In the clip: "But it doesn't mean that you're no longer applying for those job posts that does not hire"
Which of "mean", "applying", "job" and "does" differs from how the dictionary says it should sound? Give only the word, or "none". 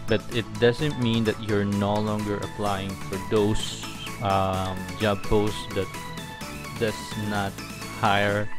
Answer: does